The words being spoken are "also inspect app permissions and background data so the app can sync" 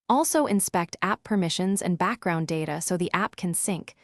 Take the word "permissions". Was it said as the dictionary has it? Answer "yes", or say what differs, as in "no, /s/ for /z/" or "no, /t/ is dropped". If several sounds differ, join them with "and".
yes